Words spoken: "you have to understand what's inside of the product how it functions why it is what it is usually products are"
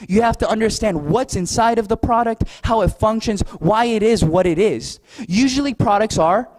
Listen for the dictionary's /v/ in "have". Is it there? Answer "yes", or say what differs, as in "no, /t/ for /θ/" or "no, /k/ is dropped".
no, /f/ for /v/